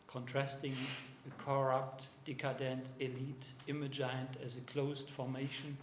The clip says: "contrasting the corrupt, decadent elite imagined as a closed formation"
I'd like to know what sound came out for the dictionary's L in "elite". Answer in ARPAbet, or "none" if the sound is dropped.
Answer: L